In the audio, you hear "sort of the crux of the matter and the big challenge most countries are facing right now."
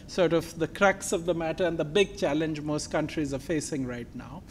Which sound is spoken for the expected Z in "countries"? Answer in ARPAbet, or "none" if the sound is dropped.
Z